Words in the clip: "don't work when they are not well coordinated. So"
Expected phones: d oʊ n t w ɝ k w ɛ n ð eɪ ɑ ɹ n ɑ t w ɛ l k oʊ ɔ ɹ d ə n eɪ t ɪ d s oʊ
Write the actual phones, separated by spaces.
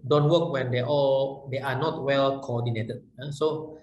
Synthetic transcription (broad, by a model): d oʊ n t w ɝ k w ɛ n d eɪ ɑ l n ɑ t w ɛ l k oʊ ɔ d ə n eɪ t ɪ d s oʊ